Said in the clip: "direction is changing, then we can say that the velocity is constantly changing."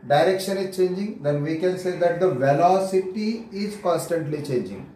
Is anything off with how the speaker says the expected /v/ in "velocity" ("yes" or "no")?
no